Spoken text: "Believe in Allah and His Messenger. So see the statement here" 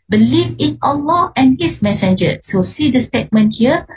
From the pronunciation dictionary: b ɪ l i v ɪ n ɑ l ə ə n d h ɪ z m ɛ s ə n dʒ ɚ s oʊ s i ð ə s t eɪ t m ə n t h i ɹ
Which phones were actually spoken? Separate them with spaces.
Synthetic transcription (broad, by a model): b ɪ l i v ɪ n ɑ l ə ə n h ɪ s m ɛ s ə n dʒ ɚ s oʊ s i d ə s t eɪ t m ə n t h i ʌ